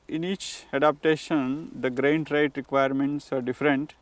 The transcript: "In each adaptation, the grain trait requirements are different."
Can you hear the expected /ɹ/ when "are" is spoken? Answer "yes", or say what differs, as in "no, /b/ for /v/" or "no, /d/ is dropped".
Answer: yes